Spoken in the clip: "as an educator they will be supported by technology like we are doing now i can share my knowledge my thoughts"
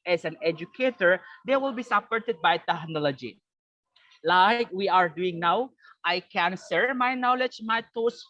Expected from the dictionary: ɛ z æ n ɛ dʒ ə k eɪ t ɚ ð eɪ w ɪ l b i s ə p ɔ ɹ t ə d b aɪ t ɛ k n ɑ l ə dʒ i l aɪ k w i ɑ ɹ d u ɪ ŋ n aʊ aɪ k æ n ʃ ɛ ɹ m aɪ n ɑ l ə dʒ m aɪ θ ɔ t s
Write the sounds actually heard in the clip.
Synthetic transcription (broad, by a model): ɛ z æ n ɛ dʒ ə k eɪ t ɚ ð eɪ w ɪ l b i s ə p ɔ ɹ t ə d b aɪ t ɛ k n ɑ l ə dʒ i l aɪ k w i ɑ ɹ d u ɪ ŋ n aʊ aɪ k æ n s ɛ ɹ m aɪ n ɑ l ə dʒ m aɪ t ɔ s